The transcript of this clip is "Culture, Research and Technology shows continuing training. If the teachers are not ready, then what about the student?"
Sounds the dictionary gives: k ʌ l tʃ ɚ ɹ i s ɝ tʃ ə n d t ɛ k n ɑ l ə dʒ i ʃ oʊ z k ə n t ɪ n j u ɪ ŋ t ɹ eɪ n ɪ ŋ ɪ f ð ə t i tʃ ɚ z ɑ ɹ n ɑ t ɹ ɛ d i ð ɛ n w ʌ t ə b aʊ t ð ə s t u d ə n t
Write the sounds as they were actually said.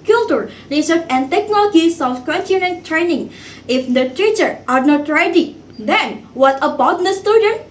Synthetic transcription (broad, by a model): k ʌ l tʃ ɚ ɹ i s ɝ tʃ ə n d t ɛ k n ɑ l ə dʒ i s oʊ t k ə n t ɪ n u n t t ɹ eɪ n ɪ ŋ ɪ f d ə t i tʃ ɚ ɑ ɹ n ɑ t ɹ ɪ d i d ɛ n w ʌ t ə b aʊ t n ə s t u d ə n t